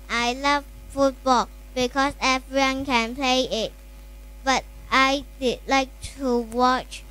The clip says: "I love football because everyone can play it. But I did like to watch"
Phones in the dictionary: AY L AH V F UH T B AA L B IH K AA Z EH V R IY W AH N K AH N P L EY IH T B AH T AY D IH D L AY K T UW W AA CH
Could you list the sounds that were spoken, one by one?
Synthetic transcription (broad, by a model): AY L AH V F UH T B AA L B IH K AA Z EH V R IY W AH N K AH N P L EY IH T B AH T AY D IH D L AY K T UW W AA CH